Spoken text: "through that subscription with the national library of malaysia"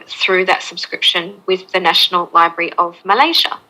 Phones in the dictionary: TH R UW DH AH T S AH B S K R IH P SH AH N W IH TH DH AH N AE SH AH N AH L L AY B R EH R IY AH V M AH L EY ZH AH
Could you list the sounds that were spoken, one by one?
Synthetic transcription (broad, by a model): TH R UW DH AH T S AH B S K R IH P SH AH N W IH DH AH N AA SH AH N AH L L AY B R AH R IY AH V M AH L EY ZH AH